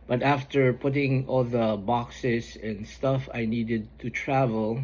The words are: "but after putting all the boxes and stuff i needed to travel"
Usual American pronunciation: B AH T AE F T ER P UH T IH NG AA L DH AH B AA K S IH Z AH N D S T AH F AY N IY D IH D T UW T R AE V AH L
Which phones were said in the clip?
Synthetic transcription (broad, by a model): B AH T AE F T ER P UH T IH NG AA L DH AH B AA K S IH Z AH N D S T AH F AY N IY D IH D T UW T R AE V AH L